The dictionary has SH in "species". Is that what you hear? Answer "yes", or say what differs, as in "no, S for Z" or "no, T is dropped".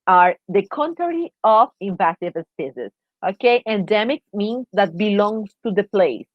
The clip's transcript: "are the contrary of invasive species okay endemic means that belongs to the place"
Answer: no, S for SH